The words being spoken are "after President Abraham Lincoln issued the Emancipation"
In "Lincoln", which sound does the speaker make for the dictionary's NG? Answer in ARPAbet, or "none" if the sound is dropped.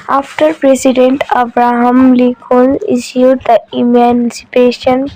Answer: none